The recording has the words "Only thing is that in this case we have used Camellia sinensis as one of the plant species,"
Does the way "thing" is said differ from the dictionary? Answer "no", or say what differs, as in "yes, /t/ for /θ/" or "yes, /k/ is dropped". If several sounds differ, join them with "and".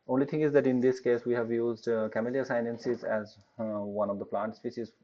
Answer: yes, /t/ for /θ/